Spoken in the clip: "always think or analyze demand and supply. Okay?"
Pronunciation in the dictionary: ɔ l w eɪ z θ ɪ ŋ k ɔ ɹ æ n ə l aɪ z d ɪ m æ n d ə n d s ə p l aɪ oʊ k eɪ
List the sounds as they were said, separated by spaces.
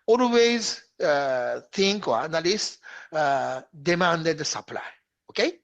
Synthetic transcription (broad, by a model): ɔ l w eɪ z θ ɪ ŋ k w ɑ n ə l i s d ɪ m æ n d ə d s ə p l aɪ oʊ k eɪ